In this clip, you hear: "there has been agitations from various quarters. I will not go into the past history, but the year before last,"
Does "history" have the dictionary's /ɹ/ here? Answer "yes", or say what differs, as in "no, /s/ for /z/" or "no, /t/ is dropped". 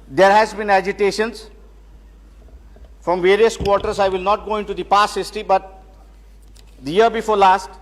no, /ɹ/ is dropped